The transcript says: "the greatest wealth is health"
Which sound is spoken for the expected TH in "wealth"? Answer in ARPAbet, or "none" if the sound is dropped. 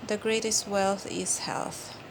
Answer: TH